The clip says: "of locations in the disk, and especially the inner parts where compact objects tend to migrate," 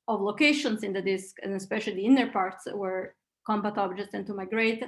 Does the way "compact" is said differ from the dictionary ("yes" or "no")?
yes